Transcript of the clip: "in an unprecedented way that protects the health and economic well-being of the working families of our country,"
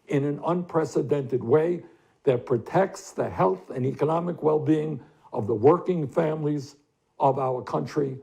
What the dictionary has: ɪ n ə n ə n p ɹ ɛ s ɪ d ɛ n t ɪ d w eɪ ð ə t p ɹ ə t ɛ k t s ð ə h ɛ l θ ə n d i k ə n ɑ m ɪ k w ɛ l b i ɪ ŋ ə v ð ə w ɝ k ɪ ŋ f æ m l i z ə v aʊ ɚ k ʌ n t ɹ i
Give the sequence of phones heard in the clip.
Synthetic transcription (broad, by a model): ɪ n ə n ə n p ɹ ɛ s ɪ d ɛ n t ɪ d w eɪ ð ə t p ɹ ə t ɛ k t s ð ə h ɛ l θ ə n i k ə n ɑ m ɪ k w ɛ l b i ɪ ŋ ə v ð ə w ɝ k ɪ ŋ f æ m l i z ə v aʊ ɚ k ʌ n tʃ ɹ i